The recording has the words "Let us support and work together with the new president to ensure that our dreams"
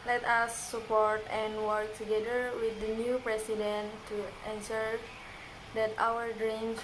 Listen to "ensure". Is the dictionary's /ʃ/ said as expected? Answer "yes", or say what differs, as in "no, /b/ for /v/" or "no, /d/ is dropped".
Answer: no, /s/ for /ʃ/